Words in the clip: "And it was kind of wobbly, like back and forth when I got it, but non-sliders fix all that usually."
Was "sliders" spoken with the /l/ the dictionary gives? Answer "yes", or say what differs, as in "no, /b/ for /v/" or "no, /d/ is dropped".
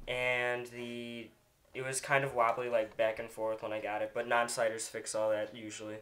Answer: no, /l/ is dropped